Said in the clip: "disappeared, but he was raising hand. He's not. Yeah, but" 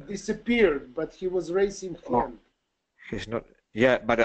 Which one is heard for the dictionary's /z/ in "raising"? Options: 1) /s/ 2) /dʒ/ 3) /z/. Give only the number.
1